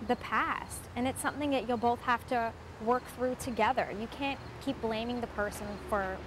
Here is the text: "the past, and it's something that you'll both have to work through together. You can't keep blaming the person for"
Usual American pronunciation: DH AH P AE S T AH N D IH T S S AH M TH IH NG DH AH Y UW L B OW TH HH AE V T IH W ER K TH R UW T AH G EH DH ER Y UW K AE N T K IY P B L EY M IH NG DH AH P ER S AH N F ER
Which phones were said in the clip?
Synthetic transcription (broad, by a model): DH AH P AE S T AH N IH T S S AH M TH IH NG DH AH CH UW L B OW TH HH AE F T IH W ER K TH R UW T AH G EH DH ER Y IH K AE N K IY P B L EY M IH NG DH AH P ER S AH N F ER